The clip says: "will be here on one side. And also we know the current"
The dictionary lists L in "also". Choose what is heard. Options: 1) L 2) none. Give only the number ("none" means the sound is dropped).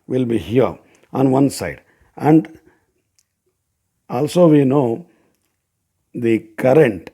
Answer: 1